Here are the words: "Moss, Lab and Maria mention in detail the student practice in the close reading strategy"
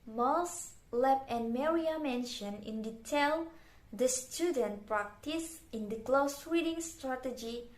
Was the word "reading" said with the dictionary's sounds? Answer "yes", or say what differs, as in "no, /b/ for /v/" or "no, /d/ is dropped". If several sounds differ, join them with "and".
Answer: no, /w/ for /ɹ/